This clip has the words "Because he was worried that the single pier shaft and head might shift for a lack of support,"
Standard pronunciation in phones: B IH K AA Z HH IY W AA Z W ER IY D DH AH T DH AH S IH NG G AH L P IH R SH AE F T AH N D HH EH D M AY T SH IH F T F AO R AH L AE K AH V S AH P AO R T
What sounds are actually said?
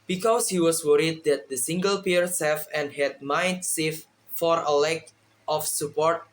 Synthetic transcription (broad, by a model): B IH K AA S HH IY W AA S W ER IY D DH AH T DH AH S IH NG G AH L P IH R S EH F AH N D HH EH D M AY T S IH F F AO R AH L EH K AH F S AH P AO R T